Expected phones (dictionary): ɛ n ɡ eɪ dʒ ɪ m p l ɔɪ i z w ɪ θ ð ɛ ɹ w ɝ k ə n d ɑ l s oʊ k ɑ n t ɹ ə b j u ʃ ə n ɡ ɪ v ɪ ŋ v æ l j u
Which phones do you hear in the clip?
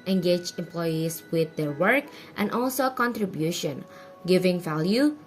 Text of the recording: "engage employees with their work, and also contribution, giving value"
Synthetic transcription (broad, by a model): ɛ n ɡ eɪ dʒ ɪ m p l ɔɪ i s w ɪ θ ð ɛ ɹ w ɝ k ə n d ɑ l s oʊ k ɑ n t ɹ ə b j u ʃ ə n ɡ ɪ v ɪ ŋ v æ l j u